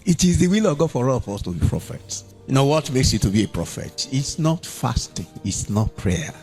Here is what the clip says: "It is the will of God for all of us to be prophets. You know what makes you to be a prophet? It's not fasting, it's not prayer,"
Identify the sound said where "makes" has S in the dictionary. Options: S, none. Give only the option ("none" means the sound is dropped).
S